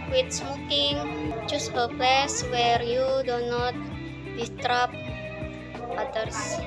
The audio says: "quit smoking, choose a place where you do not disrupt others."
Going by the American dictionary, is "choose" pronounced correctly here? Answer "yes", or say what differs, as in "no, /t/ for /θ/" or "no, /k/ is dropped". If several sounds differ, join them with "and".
no, /s/ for /z/